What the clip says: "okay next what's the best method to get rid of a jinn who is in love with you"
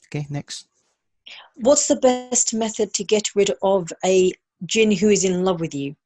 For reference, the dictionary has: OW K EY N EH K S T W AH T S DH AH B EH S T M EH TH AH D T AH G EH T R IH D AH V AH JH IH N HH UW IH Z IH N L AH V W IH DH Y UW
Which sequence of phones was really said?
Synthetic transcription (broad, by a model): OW K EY N EH K S T W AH T S DH AH B EH S T M EH TH AH D T AH G EH T R IH D AH V AH JH IH N HH UW IH Z IH N L AH V W IH DH Y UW